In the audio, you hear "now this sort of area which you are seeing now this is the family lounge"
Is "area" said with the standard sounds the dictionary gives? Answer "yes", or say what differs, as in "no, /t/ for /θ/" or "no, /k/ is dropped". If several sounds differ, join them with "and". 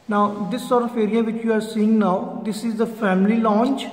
yes